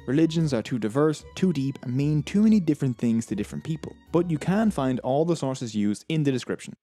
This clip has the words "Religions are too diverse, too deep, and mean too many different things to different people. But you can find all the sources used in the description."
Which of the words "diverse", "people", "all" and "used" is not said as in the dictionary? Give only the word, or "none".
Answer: none